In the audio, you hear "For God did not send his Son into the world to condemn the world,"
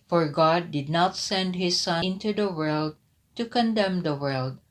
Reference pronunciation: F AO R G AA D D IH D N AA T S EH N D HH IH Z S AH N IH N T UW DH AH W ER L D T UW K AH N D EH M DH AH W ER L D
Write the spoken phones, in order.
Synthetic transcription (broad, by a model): F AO R G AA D D IH D N AA T S EH N D HH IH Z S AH IH N T UW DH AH W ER L D T UW K AH N D EH M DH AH W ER L D